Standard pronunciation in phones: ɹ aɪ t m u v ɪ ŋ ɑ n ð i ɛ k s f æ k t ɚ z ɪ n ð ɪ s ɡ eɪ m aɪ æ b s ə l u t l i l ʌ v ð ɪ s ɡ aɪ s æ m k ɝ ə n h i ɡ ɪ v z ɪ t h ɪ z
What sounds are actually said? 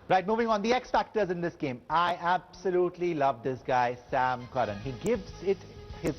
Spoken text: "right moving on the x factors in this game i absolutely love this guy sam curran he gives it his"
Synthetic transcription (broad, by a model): ɹ aɪ t m u v ɪ ŋ ɑ n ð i ɛ k s f æ k t ɚ z ɪ n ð ɪ s ɡ eɪ m aɪ æ b s ə l u t l i l ʌ v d ɪ s ɡ aɪ s æ m k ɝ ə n h i ɡ ɪ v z ɪ t h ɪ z